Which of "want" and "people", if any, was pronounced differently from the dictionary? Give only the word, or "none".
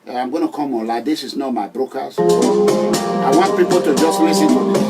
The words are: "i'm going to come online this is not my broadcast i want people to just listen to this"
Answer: none